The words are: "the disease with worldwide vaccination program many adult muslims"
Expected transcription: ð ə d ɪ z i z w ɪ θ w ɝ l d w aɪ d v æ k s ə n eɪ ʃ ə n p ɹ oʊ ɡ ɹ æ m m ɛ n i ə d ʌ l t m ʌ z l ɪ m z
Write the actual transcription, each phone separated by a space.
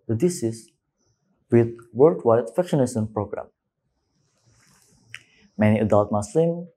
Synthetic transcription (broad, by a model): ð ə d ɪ s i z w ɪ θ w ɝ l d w aɪ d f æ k ʃ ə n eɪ s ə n p ɹ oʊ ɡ ɹ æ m m ɛ n i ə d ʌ l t m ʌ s l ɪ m